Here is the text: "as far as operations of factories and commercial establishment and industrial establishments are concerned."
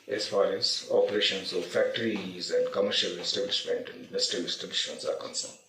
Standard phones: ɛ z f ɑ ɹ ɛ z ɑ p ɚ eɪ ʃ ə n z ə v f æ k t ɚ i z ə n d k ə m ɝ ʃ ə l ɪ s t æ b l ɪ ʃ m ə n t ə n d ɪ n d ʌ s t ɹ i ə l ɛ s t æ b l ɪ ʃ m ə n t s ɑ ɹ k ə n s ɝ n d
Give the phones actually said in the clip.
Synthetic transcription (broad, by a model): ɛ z f ɑ ɹ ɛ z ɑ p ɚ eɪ ʃ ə n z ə f æ k t ɚ i z ə n d k ə m ɝ ʃ ə l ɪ s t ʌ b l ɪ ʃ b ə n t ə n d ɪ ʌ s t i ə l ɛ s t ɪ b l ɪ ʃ ə n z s ɑ ɹ k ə n s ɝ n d